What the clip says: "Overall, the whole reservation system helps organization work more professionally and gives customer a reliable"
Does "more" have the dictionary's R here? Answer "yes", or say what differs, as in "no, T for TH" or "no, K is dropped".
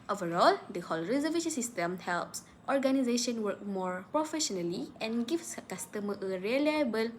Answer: yes